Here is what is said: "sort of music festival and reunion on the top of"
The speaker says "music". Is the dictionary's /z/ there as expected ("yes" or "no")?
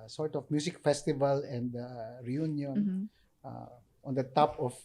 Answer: no